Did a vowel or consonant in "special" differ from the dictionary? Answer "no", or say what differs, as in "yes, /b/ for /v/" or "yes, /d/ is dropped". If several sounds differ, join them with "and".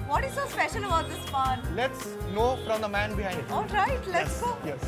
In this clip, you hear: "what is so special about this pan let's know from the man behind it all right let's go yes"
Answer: yes, /n/ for /l/